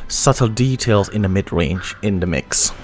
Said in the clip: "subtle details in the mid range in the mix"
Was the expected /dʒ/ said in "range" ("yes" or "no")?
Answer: yes